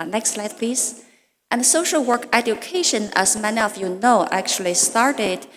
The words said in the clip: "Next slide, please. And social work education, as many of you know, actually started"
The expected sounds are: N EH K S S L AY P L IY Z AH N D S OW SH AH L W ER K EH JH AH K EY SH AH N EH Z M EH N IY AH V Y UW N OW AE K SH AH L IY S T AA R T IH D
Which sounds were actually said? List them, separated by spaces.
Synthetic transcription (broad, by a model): N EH K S S L AY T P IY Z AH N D S OW SH AH L W ER K EH JH AH K EY SH AH N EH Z M EH N IY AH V Y UW N OW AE K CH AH L IY S T AA R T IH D